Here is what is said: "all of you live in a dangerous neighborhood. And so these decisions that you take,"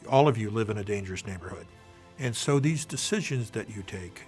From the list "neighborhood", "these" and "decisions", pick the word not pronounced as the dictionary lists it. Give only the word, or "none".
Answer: none